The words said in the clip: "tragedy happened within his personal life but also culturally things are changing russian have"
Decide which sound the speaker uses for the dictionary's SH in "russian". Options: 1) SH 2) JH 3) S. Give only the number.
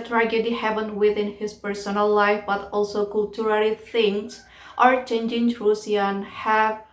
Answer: 3